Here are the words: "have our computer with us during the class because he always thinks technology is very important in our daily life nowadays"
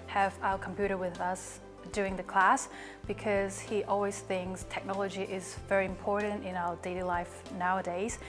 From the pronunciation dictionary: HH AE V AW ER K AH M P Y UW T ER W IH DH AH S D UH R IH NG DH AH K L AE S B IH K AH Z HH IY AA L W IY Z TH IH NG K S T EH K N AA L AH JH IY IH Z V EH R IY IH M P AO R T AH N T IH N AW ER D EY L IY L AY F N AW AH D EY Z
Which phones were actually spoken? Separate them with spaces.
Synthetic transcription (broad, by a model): HH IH V AW ER K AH M P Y UW T ER W IH DH AH S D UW IH NG DH AH K L AE S B IH K AH Z HH IY AA L W IY Z TH IH NG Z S T EH K N AA L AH JH IY IH Z V EH R IY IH M P AO R T N T IH N AW ER D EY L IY L AY F N AW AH D EY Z